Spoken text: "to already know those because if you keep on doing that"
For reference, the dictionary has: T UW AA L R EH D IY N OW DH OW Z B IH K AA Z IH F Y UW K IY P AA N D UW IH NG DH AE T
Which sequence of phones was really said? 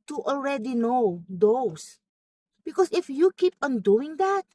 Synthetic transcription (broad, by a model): T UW AA L R EH D IY N OW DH OW S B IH K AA S IH F Y UW K IY P AA N D UW IH NG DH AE T